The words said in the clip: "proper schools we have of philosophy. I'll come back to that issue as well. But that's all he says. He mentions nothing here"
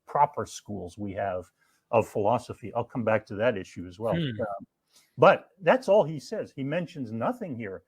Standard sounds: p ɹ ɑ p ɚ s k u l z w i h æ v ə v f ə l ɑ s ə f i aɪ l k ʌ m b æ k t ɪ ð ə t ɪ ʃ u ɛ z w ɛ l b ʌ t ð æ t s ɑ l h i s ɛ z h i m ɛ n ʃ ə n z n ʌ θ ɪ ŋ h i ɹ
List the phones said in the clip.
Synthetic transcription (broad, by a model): p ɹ ɑ p ɚ s k u l z w i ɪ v ə v f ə l ɑ s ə f i aɪ l k ʌ m b æ k t ɪ ð ə t ɪ ʃ u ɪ z w ɛ l b ʌ t ð æ t s ɑ l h i s ɛ z h i m ɛ n ʃ ə n z n ʌ θ ɪ ŋ h i ɹ